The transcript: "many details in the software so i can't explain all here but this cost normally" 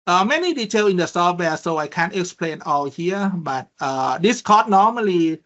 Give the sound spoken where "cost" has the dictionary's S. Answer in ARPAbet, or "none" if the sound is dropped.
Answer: none